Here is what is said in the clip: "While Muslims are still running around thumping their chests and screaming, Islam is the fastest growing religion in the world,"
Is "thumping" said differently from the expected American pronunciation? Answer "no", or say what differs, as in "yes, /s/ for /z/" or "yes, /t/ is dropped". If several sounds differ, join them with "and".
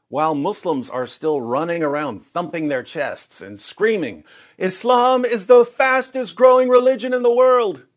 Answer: no